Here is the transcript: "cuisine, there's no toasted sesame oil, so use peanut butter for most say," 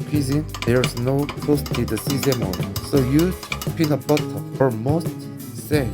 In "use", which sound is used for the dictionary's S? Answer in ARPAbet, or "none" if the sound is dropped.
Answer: none